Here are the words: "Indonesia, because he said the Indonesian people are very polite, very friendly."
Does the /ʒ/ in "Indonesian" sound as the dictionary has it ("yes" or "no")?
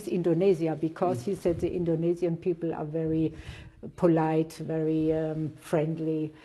no